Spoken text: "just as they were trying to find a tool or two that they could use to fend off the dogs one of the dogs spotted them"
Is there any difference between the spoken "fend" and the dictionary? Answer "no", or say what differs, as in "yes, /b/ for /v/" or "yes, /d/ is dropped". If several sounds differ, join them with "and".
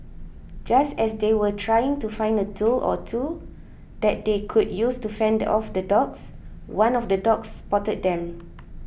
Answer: no